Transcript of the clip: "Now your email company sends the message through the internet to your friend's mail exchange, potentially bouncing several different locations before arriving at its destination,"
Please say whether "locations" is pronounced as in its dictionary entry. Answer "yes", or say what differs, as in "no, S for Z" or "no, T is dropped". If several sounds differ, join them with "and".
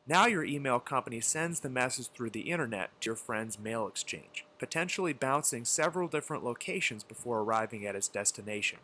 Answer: yes